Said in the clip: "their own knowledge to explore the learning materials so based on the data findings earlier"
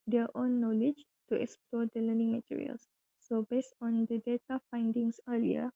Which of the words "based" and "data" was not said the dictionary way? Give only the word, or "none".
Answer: none